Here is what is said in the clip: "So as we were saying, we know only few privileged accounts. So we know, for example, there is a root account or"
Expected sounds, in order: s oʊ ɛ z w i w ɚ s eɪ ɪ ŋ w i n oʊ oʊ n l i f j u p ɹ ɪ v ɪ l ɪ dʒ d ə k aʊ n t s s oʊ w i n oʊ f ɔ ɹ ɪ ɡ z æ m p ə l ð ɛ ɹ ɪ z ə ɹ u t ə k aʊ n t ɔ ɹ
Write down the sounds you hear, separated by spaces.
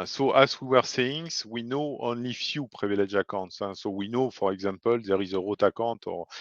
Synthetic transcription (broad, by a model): s oʊ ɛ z w i w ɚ s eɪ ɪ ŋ w i n oʊ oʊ n l i f j u p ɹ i v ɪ l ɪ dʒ ə k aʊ t s s oʊ w i n oʊ f ɔ ɹ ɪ ɡ z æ m p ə l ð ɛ ɹ ɪ z ə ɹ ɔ t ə k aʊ t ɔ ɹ